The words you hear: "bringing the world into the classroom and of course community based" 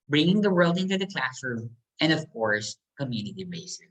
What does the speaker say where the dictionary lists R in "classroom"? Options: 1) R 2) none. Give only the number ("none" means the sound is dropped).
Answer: 1